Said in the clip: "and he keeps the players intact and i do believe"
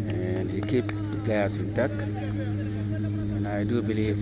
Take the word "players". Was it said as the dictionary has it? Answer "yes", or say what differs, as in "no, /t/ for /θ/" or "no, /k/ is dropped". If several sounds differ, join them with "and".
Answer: no, /s/ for /z/